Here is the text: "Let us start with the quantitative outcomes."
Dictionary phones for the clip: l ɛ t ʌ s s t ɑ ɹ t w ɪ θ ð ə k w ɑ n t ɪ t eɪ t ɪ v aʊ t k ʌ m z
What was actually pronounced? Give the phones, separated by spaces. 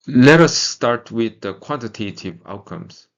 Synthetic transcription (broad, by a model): l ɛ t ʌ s s t ɑ ɹ t w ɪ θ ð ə k w ɑ n t ɪ t eɪ t ɪ v aʊ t k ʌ m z